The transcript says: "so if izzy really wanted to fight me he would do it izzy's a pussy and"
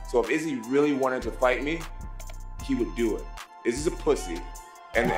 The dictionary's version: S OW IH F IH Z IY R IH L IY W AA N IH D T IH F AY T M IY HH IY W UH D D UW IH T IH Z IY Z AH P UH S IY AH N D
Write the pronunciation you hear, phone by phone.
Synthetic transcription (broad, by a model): S OW IH F IH Z IY R IH L IY W AA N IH D T IH F AY T M IY HH IY W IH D D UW IH T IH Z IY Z AH P UH S IY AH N